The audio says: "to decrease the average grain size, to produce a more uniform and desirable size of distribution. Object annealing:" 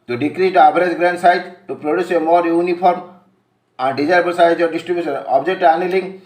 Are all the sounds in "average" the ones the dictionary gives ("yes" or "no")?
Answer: no